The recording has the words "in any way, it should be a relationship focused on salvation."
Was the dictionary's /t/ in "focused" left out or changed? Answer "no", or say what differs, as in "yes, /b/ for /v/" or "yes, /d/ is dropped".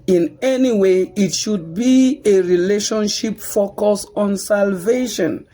yes, /t/ is dropped